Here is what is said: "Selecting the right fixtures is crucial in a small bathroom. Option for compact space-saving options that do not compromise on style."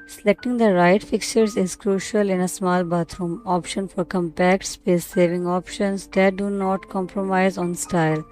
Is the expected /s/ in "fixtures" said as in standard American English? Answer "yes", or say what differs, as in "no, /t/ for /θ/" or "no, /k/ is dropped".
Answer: no, /s/ is dropped